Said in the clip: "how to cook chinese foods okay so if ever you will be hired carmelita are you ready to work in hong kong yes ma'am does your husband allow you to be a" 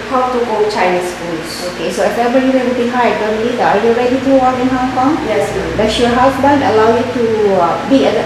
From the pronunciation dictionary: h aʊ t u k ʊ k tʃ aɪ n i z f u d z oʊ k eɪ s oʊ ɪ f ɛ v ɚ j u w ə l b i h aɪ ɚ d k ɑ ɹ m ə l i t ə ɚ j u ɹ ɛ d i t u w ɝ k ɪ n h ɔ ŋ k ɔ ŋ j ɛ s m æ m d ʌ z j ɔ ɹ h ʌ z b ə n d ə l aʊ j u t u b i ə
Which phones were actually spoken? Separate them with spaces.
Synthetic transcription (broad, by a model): h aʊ t u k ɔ tʃ aɪ n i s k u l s oʊ k eɪ s oʊ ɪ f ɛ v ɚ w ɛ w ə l b i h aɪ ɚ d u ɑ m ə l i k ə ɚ j u ɹ ɛ d i t u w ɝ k ɪ n h ɔ ŋ k ɔ ŋ j ɛ s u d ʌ s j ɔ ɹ h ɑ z b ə n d ə l aʊ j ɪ t u b i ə